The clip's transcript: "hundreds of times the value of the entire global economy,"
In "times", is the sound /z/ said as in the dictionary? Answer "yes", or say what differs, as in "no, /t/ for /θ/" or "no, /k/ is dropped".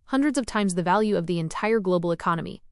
yes